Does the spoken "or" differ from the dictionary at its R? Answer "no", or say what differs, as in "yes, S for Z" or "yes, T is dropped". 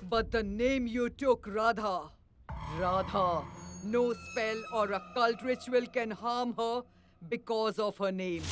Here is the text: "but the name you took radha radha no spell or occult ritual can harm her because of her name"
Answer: no